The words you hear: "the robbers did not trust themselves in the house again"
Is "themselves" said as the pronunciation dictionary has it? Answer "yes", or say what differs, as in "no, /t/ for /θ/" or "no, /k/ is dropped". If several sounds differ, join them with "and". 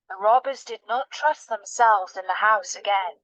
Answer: yes